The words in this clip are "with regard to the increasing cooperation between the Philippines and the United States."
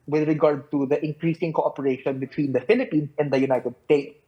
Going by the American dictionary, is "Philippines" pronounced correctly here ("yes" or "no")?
no